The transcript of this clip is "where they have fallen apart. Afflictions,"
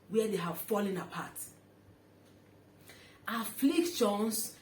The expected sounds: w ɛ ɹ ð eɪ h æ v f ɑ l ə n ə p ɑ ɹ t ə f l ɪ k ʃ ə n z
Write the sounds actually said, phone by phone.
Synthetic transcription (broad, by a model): w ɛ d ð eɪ h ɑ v f ɑ l ə n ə p ɑ t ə f l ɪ k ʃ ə n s